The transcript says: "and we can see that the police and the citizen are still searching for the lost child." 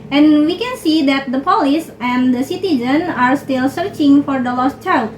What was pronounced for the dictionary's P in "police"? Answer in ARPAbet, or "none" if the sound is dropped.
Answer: P